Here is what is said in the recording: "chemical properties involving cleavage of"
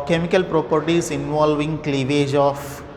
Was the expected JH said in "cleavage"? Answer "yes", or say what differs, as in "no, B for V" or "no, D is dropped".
yes